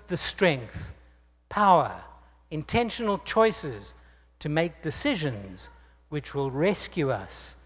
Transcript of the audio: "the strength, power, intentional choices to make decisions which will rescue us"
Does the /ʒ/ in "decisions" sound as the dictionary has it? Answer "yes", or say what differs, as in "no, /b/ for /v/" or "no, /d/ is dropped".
yes